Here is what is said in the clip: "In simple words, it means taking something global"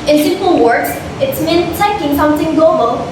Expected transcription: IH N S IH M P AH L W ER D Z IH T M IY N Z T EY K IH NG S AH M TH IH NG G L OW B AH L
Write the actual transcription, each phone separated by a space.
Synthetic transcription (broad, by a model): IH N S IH P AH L W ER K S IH T M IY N T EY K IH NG S AH M TH IH NG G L OW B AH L